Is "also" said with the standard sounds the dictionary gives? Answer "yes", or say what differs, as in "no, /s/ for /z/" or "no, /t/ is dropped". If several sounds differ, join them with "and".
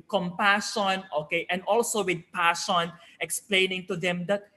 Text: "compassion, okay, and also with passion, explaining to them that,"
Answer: yes